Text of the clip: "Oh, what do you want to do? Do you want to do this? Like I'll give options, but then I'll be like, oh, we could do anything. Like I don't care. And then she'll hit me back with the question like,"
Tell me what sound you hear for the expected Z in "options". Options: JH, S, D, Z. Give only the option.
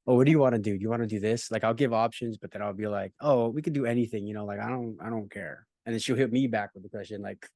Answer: Z